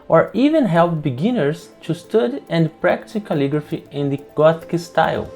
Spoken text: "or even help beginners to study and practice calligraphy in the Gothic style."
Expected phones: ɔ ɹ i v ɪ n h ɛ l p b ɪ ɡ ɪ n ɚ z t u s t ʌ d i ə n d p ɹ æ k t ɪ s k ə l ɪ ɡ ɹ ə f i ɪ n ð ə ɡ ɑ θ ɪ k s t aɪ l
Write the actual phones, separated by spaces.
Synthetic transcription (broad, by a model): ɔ ɹ i v ɪ n h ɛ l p b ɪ ɡ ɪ n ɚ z t u s t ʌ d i ə n d p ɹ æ k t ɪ k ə l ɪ ɡ ɹ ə f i ɪ n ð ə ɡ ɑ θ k s t aɪ l